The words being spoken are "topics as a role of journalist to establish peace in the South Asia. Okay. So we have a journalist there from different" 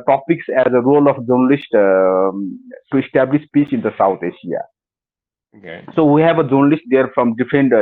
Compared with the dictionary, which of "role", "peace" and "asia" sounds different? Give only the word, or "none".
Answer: asia